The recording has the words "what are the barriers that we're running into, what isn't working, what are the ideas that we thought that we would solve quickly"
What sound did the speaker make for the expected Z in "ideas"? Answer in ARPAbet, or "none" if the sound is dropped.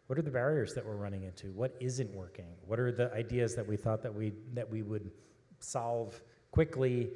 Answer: Z